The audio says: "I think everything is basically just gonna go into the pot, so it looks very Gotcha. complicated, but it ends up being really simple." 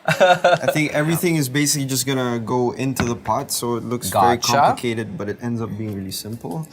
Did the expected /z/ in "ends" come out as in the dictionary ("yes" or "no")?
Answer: yes